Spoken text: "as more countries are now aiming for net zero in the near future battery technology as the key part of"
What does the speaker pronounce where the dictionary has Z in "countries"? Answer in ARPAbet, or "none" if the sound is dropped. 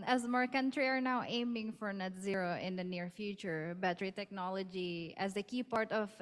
none